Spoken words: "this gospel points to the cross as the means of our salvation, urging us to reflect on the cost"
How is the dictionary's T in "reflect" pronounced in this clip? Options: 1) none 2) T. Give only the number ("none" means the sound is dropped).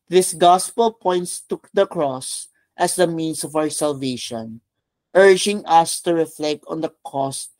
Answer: 2